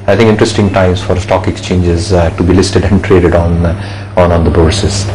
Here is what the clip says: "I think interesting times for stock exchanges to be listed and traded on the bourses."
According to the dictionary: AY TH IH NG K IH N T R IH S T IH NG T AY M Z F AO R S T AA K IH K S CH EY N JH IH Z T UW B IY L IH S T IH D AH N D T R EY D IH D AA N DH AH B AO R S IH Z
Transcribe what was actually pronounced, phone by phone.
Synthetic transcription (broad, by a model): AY T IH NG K IH N T R IH S T IH NG T AY M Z F AO R S T AA K IH K S CH EY N JH IH Z T UW B IY L IH S T IH D AH N D T R EY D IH D AA N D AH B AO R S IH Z